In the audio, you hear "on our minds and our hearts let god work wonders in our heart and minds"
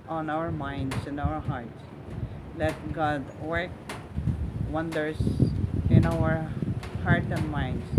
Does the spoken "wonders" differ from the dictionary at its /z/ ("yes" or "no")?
yes